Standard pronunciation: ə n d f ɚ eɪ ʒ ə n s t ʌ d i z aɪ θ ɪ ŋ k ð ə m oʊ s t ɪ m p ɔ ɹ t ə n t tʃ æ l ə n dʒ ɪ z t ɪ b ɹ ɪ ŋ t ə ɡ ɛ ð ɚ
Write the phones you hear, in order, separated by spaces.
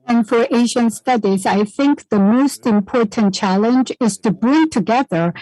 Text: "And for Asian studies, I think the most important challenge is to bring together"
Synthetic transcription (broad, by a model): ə n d f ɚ eɪ ʒ ə n s t ʌ d i z aɪ θ ɪ ŋ k ð ə m oʊ s t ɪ m p ɔ ɹ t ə n tʃ æ l ə n dʒ ɪ z t ɪ b ɹ ɪ ŋ t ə ɡ ɛ ð ɚ